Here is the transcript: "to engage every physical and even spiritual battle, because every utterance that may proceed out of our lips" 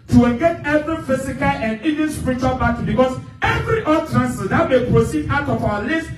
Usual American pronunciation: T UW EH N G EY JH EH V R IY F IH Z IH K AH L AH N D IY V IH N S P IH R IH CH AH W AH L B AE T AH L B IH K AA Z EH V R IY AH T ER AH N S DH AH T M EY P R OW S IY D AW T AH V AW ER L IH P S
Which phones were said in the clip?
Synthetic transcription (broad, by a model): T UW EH L G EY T EH V R IY F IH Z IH K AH L AH N D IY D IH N S P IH R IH CH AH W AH L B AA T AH B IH K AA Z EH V R IY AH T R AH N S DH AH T M EY P R OW S IY D AW T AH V AW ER L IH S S